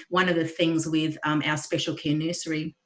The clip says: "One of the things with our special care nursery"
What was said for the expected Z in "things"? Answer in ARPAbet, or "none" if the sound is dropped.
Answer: Z